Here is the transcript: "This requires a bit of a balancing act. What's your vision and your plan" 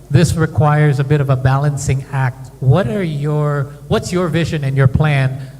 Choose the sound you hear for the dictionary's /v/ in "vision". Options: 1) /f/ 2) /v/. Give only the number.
2